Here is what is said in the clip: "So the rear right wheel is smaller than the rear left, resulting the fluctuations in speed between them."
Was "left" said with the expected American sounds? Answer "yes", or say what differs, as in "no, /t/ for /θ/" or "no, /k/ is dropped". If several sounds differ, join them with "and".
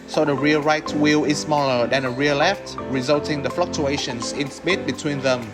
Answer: yes